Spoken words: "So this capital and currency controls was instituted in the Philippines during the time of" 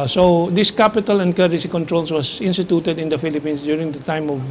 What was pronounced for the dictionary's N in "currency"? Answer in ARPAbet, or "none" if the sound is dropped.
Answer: none